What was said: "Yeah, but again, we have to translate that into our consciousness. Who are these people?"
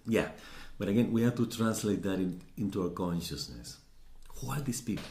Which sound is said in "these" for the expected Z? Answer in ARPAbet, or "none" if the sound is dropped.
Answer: S